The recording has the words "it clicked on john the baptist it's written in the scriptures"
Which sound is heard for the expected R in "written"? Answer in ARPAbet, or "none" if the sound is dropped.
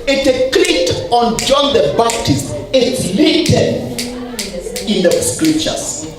L